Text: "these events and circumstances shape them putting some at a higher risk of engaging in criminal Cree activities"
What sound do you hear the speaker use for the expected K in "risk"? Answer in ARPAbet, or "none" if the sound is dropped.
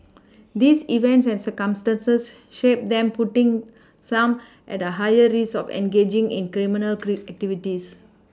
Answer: none